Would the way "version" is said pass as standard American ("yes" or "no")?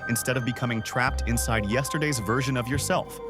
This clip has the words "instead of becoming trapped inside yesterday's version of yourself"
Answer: yes